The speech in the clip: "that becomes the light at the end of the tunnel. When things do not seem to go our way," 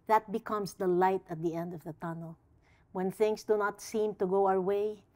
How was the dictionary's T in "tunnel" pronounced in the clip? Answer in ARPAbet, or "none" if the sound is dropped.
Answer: T